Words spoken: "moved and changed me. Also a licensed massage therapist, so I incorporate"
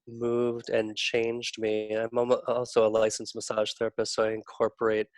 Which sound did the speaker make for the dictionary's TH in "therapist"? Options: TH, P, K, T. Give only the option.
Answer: TH